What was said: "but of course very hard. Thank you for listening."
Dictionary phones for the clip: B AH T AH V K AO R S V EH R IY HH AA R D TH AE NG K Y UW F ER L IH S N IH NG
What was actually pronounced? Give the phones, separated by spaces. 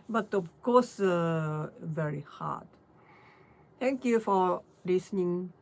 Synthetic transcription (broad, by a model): B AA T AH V K AO S V EH R IY HH AA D T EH NG K Y UW F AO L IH S N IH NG